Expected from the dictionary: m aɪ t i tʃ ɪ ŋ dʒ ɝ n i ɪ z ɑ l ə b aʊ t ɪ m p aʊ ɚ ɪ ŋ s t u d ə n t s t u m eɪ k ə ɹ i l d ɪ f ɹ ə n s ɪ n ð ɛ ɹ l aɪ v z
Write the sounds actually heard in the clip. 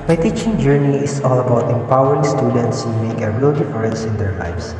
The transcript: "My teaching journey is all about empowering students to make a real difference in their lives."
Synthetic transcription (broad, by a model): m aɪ t i tʃ ɪ ŋ dʒ ɝ n i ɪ s ɑ l ə b aʊ t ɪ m p aʊ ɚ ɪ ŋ s t u d ə n t s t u m eɪ k ə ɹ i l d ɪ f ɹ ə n s ɪ n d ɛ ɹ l aɪ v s